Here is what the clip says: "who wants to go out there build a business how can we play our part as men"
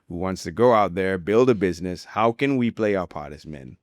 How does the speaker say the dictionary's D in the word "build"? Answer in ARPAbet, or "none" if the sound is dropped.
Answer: D